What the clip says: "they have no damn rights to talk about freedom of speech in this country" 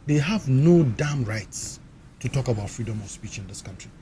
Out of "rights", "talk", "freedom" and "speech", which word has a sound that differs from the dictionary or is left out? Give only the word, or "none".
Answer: none